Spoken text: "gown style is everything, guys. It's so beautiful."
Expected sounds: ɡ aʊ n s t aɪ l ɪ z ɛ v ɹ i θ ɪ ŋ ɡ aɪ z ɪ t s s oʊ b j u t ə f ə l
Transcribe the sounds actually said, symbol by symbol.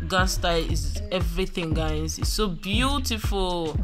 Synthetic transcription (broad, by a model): ɡ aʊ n s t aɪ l ɪ z ɛ v ɹ i θ ɪ ŋ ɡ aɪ ɪ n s s oʊ b j u t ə f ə l